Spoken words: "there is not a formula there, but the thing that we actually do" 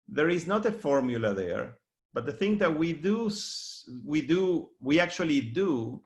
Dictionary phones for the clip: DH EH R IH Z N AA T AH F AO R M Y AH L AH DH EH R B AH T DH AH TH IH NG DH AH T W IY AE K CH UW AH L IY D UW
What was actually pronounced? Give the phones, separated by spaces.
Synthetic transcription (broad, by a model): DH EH R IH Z N AA T AH F AO R M Y AH L AH DH EH R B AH T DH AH TH IH NG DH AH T W IY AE K CH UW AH L IY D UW